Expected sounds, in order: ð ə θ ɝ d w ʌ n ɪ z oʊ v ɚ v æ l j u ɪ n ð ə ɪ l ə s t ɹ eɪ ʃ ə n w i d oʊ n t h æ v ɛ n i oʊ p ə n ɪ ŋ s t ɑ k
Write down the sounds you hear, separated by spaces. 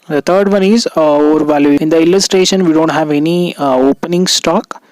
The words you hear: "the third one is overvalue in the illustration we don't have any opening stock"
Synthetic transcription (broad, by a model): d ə t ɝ d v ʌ n ɪ z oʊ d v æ l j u ɪ n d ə ɪ l ə s t ɹ eɪ ʃ ə n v i d oʊ n t h æ v ɛ n i oʊ p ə n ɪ ŋ s t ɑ k